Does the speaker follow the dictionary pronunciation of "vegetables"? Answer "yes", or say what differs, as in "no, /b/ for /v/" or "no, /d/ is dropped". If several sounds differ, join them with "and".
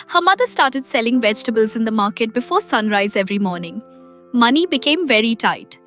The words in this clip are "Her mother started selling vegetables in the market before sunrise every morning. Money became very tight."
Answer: yes